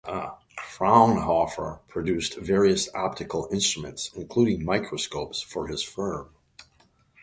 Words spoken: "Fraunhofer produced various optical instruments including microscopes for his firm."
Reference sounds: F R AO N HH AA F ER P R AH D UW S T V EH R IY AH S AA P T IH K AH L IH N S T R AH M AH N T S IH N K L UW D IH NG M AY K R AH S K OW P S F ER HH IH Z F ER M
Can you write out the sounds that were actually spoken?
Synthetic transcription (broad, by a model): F R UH N HH AA F ER P R AH D UW S T V EH R IY AH S AA P T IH K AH L IH N S T R AH M AH N T S IH N K L UW D IH NG M AY K R AH S K OW P S F ER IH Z F ER M